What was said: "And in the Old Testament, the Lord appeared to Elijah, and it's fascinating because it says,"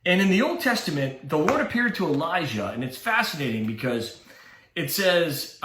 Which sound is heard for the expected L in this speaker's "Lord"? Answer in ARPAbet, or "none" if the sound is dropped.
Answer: W